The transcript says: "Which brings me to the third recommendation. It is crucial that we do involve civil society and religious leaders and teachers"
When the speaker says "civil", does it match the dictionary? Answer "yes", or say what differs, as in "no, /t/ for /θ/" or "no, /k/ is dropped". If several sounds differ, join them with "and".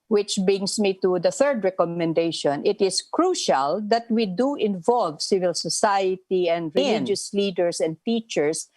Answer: yes